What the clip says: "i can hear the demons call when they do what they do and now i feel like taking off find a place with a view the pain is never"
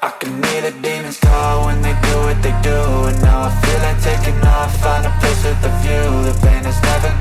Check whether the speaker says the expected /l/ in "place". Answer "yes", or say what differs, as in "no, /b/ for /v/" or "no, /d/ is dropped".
no, /l/ is dropped